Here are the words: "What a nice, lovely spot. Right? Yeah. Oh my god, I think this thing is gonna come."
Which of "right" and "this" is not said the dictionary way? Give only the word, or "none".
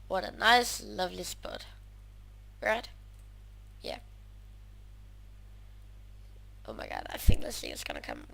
none